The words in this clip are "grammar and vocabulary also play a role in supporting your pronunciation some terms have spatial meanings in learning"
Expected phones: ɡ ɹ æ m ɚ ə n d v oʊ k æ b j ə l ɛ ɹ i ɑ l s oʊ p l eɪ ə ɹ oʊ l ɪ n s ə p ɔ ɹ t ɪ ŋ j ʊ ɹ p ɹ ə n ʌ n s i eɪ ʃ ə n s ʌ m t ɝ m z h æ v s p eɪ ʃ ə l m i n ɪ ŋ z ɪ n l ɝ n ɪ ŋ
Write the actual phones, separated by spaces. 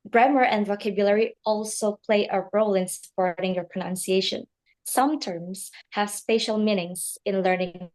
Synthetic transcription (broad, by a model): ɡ ɹ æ m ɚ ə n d v oʊ k æ b j ə l ɛ ɹ i ɑ l s oʊ p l eɪ ə ɹ oʊ l ɪ n s ə p ɔ ɹ t ɪ ŋ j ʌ ɹ p ɹ ə n ʌ n s i eɪ ʃ ə n s ʌ m t ɝ m z h æ v s p eɪ ʃ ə l m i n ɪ ŋ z ɪ n l ɝ n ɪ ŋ